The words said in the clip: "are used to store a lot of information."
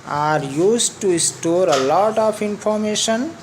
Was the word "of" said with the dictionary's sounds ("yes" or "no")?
no